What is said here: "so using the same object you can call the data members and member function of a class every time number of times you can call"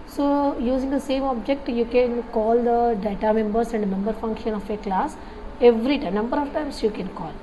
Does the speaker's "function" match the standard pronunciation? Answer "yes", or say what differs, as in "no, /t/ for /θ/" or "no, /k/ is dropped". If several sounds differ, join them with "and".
yes